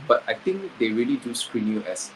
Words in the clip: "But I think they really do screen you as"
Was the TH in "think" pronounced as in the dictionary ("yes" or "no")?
no